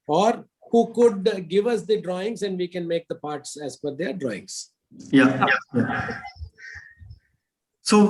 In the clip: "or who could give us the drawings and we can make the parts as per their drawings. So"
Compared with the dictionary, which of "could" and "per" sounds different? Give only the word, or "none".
per